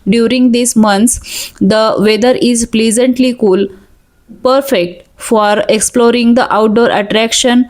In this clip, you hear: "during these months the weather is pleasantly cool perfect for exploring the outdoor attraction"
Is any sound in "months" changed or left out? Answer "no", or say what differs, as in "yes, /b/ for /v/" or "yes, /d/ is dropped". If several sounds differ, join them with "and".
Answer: yes, /t/ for /θ/